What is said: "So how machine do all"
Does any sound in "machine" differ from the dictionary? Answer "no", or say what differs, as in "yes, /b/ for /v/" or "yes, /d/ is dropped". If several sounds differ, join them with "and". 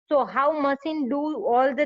yes, /s/ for /ʃ/